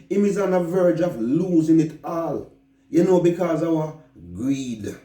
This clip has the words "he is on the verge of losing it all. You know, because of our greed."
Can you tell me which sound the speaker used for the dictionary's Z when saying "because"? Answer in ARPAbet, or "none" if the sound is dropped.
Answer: Z